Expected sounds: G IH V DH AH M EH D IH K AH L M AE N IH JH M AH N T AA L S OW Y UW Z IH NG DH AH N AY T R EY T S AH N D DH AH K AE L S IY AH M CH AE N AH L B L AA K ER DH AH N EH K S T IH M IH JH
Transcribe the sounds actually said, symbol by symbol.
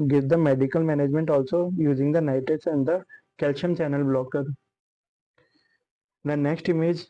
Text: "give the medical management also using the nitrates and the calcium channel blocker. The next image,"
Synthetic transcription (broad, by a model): G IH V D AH M EH D IH K AH L M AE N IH JH M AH N T AA L S OW Y UW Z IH NG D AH N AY T EY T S AH N D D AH K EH L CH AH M CH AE N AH L B L AA K ER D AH N EH K S T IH M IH JH